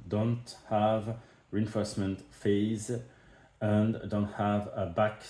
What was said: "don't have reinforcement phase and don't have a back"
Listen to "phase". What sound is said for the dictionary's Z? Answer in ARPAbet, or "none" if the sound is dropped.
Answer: Z